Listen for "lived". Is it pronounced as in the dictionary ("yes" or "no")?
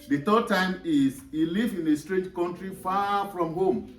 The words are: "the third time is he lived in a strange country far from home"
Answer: no